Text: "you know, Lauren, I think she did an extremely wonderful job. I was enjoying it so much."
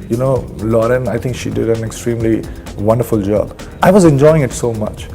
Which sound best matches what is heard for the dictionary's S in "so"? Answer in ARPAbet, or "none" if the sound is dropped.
S